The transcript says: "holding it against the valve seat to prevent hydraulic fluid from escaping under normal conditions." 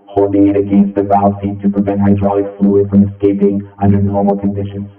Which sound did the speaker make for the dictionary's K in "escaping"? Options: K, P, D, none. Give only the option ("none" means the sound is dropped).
K